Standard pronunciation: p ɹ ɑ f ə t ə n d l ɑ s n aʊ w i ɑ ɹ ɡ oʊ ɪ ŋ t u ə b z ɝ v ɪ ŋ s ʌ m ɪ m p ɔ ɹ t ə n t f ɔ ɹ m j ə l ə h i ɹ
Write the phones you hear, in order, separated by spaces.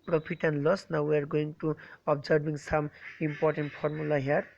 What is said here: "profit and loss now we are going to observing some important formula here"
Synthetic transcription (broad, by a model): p ɹ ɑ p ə t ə n l ɑ s n aʊ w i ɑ ɹ ɡ oʊ ɪ ŋ t u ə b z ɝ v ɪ ŋ s ʌ m ɪ m p ɔ ɹ t ə n t p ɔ ɹ m j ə l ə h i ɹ